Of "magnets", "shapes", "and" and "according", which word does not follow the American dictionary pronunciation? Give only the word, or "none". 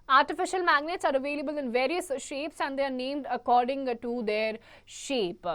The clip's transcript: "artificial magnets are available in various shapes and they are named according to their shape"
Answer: none